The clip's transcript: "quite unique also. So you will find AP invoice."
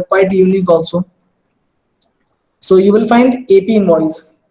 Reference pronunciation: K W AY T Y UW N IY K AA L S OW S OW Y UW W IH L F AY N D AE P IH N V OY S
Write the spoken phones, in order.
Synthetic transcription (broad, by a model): K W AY T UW L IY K AA L S OW S OW Y UW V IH L F AY N D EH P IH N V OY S